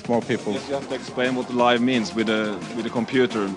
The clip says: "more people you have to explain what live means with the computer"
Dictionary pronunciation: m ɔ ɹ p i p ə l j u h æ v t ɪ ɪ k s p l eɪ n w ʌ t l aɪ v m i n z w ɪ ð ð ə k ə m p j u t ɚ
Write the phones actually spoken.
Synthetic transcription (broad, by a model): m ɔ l p i p ə l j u h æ f t ɪ ɪ k s p l eɪ n w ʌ t l aɪ v m i n z w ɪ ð ð ə k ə m p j u t ɚ